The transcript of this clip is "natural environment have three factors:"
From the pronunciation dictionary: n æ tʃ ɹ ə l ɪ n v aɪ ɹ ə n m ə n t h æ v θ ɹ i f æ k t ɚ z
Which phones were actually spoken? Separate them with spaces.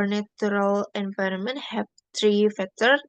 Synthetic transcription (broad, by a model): n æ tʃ ɹ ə l ɪ n v aɪ ɹ ə n m ə n t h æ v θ ɹ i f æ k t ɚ